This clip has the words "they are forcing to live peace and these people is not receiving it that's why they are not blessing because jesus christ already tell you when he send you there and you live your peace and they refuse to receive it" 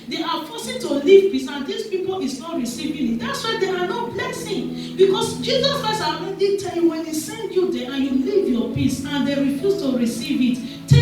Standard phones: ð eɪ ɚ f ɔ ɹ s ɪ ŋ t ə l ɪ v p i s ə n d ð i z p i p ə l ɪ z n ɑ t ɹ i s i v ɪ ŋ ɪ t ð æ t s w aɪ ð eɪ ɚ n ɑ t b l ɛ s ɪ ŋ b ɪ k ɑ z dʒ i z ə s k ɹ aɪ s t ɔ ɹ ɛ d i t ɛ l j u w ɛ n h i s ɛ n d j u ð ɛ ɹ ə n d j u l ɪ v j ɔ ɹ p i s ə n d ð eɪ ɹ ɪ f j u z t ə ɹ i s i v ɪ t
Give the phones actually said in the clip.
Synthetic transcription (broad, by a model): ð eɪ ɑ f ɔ s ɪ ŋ t ə l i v p i s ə n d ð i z p i p ə l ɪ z n ɑ t ɹ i s i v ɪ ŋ ɪ t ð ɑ t s w aɪ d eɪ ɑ n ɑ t b l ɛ s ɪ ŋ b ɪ k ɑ s dʒ i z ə s k ɹ aɪ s ɑ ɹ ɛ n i t ɛ l j u w ɛ n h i s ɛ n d j u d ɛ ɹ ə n j u l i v j ɔ p i s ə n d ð eɪ ɹ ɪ f j u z t ə ɹ i s i v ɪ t